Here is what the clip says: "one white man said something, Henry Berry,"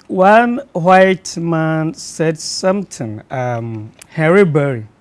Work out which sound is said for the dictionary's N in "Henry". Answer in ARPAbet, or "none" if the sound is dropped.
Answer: none